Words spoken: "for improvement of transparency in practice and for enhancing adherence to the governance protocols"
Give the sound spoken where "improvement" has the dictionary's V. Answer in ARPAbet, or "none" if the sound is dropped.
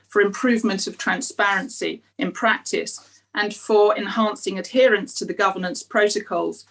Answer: V